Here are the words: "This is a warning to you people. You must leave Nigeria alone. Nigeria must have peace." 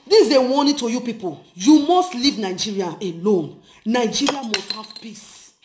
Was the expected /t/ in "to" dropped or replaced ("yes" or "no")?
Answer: no